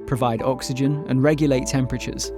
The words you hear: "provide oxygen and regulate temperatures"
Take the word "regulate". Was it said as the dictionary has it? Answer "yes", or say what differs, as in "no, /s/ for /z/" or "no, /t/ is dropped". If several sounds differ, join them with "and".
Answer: yes